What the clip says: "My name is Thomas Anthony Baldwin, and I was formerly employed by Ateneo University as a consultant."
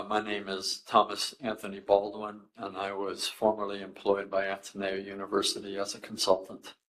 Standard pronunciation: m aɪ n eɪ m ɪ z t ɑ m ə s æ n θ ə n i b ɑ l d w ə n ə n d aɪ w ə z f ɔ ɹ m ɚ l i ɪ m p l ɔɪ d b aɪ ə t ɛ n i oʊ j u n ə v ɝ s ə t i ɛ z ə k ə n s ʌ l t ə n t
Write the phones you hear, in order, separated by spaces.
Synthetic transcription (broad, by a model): m aɪ n eɪ m ɪ z t ɑ m ə s æ n θ ə n i b ɑ l d w ə n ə n aɪ w ə z f ɔ ɹ m ɚ l i ɪ m p l ɔɪ d b aɪ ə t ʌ n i j u n ə v ɝ s ə t i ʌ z ə k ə n s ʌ l t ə n t